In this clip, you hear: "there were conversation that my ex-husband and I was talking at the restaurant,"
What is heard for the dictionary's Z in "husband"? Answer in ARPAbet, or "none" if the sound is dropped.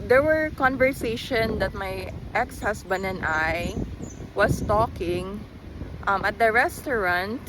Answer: S